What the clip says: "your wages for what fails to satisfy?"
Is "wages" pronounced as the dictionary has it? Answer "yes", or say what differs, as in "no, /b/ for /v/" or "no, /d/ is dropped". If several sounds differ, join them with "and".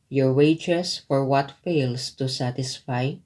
no, /s/ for /z/